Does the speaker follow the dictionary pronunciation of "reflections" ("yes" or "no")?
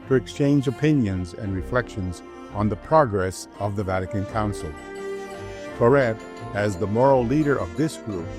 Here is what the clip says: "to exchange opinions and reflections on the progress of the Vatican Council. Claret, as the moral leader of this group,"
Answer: yes